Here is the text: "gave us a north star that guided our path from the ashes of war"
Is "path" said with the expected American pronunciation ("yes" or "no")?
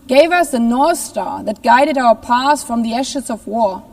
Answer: no